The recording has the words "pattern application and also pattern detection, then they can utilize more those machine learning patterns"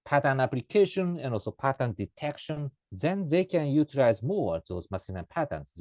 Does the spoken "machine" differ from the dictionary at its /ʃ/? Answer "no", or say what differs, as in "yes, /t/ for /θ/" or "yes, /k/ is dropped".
yes, /s/ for /ʃ/